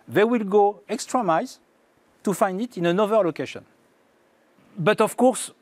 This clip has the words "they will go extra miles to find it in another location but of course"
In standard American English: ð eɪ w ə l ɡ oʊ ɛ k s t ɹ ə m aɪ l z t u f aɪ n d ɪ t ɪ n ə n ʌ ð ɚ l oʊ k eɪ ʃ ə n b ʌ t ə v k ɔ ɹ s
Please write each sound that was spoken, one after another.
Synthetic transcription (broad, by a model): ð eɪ w ə l ɡ oʊ ɛ k s t ɹ ə m aɪ z t u f aɪ n d ɪ t ɪ n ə n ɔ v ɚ l oʊ k eɪ ʃ ə n b ʌ t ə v k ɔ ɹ s